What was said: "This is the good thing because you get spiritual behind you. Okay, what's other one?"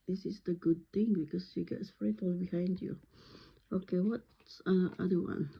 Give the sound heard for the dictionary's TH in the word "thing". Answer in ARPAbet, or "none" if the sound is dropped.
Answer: T